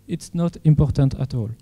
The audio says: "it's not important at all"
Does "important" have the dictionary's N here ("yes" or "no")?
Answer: yes